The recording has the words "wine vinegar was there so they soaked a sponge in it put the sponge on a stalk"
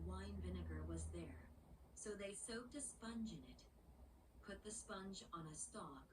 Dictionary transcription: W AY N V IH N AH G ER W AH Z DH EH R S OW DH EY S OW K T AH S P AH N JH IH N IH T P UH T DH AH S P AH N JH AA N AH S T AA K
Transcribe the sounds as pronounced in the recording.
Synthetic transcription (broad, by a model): W AY N V IH N AH G ER W AH Z DH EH R S OW DH EY S OW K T AH S P AH N JH IH N IH T P UH T DH AH S P AH N JH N AH S T AA K